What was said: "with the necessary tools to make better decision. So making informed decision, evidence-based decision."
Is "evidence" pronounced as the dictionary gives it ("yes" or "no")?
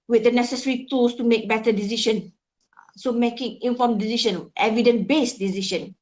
no